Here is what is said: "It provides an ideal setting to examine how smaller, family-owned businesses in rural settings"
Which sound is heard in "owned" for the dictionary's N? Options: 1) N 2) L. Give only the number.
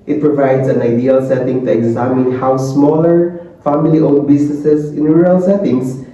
2